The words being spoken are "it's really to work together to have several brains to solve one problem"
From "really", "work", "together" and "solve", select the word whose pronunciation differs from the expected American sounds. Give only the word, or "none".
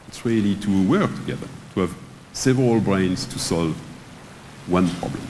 none